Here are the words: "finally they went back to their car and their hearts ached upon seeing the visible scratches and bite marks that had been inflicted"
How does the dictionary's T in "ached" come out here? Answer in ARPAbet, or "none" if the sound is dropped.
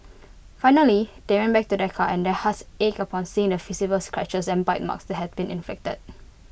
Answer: none